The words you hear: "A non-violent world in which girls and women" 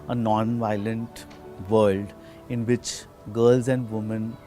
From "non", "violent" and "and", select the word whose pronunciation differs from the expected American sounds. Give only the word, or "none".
none